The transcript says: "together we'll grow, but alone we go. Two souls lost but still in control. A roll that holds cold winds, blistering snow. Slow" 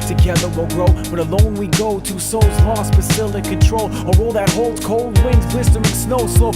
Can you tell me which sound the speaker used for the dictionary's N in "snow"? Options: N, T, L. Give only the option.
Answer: N